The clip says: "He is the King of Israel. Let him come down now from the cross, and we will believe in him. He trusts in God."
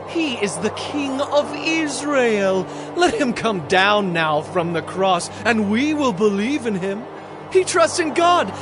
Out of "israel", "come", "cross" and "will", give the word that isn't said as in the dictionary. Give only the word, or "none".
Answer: none